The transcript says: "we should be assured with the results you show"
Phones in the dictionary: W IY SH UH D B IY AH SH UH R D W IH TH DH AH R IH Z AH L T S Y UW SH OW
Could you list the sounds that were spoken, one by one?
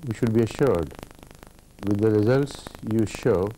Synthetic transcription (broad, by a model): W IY SH UH D B IY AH SH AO R D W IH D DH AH R IH Z AH L T S Y UW SH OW